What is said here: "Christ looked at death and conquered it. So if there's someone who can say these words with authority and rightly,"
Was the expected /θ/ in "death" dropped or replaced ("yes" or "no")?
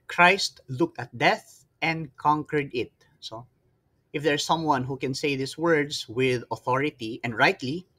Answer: no